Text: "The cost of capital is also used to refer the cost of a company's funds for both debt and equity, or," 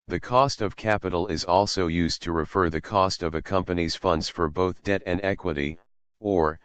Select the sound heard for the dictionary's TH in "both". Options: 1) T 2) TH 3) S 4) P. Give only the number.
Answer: 2